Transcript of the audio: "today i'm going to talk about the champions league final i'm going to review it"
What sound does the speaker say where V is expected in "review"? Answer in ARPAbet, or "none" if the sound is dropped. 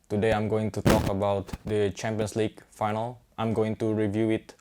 V